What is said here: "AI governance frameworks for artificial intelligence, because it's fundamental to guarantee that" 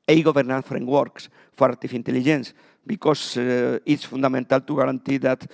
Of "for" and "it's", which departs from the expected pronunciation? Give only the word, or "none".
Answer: none